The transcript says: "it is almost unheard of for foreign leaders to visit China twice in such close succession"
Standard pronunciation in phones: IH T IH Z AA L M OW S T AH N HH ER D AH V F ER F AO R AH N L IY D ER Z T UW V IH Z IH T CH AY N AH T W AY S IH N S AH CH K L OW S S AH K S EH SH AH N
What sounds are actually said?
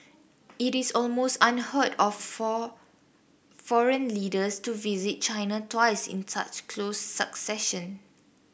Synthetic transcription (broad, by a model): IH T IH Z AA L M OW S T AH N HH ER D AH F F AO R AH N L IY D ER S T UW V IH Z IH T CH AY N AH T W AY S IH N S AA CH K L OW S S AH K S EH SH AH N